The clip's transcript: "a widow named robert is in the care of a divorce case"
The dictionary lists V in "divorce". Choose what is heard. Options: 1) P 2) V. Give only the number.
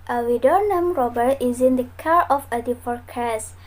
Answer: 1